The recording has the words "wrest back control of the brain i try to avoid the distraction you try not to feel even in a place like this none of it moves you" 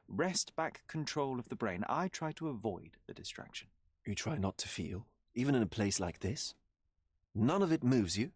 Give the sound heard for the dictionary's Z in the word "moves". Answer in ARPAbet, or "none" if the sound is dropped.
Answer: Z